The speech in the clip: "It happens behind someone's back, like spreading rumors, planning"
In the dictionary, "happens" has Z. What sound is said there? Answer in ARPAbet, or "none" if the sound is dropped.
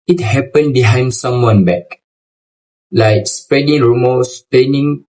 none